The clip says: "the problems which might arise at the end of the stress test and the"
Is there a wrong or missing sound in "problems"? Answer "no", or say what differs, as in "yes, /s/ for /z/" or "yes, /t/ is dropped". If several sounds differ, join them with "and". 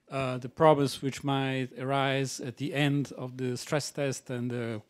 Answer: yes, /l/ is dropped